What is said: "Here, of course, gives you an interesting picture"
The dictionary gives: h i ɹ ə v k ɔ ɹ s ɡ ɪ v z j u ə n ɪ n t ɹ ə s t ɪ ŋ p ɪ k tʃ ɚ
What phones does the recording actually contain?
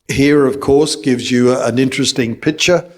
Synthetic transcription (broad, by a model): h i ɹ ə v k ɔ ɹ s ɡ ɪ v z j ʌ ə n ɪ n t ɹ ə s t ɪ ŋ p ɪ k tʃ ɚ